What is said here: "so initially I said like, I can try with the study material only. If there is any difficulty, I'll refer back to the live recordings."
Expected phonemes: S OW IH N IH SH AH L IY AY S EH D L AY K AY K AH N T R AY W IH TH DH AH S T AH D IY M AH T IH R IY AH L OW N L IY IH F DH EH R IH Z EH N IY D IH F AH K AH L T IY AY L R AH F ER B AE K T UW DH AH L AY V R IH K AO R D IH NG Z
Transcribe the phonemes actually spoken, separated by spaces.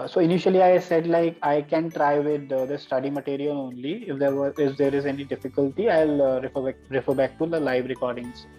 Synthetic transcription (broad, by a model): S OW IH N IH SH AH L IY AY S EH D L AY K AY K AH N T R AY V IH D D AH S T AH D IY M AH T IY R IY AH L OW N L IY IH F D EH R IH Z EH N IY D IH F AH K AH L T IY AY L R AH F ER B AE K T UW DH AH L AY V R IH K AO R D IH NG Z